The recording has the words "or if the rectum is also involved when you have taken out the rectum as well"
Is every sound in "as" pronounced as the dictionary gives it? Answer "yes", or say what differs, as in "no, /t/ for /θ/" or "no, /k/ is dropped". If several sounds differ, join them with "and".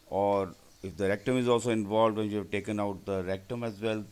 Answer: yes